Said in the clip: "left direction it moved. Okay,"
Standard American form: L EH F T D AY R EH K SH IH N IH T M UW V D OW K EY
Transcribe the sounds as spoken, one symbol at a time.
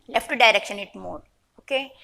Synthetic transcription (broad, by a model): L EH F T D AY R EH K SH IH N IH T M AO D OW K EY